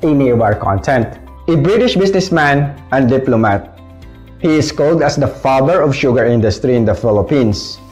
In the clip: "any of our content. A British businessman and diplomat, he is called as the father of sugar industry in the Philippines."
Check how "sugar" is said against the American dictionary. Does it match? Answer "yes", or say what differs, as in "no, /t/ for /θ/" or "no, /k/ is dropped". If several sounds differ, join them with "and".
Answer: yes